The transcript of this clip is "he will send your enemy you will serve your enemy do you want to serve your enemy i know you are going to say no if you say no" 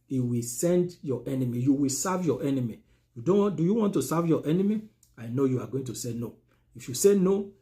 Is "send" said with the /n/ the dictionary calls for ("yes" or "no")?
yes